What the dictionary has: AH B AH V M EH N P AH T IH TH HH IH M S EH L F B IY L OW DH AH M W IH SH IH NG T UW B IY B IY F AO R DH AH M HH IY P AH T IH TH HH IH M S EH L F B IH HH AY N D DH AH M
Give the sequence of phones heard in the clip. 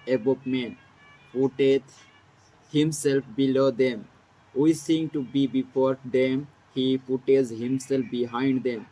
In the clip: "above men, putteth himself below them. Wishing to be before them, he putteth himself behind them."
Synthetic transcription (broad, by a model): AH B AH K M EH N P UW T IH T HH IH M S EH L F B IY L OW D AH M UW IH S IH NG T UW B IY B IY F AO R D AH M HH IY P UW T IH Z HH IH M S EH L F B IH HH AY N D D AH M